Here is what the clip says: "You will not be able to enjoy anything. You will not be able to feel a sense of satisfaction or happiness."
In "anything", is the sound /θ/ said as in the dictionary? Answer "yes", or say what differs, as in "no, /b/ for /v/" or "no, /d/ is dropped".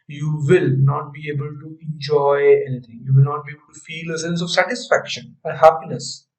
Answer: no, /t/ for /θ/